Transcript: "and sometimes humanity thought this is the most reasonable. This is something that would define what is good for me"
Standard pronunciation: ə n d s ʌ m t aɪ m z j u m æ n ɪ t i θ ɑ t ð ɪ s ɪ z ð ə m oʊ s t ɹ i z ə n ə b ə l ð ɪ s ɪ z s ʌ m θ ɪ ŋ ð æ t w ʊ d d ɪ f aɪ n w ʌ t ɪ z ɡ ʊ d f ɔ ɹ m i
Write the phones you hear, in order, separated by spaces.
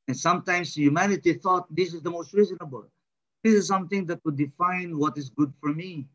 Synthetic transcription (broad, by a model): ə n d s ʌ m t aɪ m s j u m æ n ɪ t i θ ɑ t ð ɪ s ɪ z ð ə m oʊ s t ɹ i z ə n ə b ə l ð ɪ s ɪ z s ʌ m θ ɪ ŋ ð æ t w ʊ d d ɪ f aɪ n w ʌ t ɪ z ɡ ʊ d f ɔ ɹ m i